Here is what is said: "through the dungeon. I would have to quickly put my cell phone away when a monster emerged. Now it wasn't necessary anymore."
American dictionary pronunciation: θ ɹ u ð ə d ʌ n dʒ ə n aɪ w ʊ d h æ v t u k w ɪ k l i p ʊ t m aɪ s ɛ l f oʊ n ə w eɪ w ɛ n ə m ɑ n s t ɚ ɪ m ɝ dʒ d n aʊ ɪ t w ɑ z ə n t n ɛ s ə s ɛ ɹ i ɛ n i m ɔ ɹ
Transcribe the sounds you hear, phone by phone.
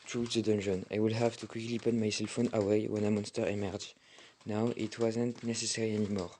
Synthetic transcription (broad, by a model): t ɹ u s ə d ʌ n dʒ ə n aɪ w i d h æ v t u k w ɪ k l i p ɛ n m aɪ s ɛ l f oʊ n ə w eɪ w ɛ n ə m ɑ n s t ɚ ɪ m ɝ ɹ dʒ n aʊ ɪ t w ɑ z ə n t n ɛ s ə s ɛ ɹ i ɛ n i m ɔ ɹ